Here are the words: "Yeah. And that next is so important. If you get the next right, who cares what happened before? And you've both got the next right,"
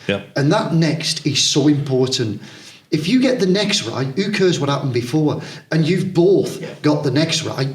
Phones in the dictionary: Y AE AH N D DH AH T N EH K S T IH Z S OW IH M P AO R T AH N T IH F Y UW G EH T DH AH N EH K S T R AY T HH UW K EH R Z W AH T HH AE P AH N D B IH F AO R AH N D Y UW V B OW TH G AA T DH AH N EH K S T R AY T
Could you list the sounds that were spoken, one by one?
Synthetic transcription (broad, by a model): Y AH N DH AH T N EH K S T IH Z S OW IH M P AO R T N T IH F Y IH G EH T DH AH N EH K S T R AY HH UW K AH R Z W AH T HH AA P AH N B IH F AO R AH N Y UW V B OW TH G AA T DH AH N EH K S T R AY